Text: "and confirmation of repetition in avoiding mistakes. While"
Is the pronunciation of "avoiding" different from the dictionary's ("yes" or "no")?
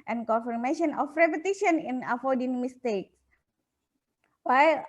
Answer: yes